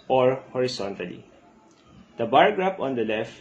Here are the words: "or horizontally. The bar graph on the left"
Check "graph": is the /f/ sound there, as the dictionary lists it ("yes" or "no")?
no